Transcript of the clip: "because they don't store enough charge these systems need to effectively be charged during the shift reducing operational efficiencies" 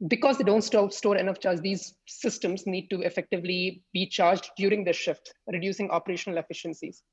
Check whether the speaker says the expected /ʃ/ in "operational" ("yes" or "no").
yes